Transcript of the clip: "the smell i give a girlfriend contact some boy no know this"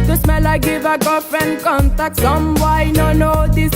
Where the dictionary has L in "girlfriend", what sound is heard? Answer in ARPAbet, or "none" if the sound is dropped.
none